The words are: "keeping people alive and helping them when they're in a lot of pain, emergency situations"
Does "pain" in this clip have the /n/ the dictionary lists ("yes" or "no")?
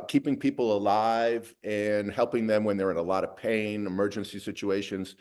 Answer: yes